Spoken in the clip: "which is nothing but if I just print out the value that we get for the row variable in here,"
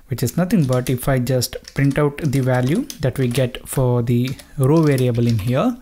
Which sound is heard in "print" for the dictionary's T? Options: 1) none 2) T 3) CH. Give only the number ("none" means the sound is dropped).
2